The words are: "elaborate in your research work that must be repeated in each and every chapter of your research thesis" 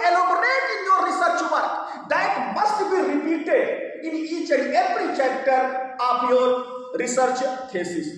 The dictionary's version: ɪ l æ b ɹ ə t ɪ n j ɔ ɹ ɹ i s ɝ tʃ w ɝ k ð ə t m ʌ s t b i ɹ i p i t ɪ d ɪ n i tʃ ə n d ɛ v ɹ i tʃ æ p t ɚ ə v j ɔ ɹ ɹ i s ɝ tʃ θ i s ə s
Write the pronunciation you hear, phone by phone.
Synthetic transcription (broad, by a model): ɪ l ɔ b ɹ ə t ɪ n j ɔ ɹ ɹ i s ɝ tʃ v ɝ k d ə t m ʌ s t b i ɹ i p i t ɪ d ɪ n i tʃ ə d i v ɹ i tʃ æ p t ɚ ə p j ɔ ɹ ɹ i s ɝ tʃ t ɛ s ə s